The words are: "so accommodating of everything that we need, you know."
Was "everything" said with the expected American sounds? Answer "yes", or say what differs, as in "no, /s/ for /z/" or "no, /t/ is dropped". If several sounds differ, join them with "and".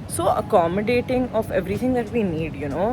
no, /t/ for /θ/